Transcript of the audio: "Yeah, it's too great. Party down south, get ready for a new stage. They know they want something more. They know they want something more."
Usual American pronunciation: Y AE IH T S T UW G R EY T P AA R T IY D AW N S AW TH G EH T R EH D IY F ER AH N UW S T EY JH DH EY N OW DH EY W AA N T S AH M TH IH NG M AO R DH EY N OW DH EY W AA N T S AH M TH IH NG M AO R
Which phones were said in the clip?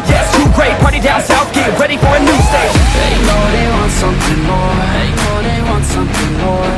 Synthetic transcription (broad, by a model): Y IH S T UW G R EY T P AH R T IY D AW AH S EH F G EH R EH D IY F ER AH N UW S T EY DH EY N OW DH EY W AA N T S AH M TH IH NG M AO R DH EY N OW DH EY W AA N T S AH M TH IH NG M AO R